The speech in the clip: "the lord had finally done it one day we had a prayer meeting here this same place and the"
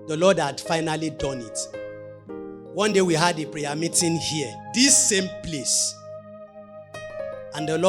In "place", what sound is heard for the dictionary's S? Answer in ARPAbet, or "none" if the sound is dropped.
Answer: S